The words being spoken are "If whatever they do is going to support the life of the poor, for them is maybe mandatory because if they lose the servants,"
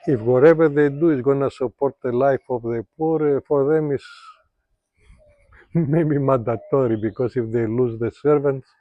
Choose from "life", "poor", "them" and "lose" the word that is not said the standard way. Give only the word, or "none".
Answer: none